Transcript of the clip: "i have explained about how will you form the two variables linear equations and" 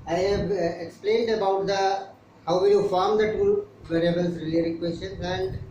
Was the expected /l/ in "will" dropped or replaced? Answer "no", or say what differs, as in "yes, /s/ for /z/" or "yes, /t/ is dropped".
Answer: yes, /n/ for /l/